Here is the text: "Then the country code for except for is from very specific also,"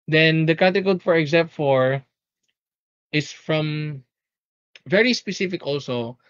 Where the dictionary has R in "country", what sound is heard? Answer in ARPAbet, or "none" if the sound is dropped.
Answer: none